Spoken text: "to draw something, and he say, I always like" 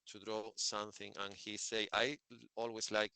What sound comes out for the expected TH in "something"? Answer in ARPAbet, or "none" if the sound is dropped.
TH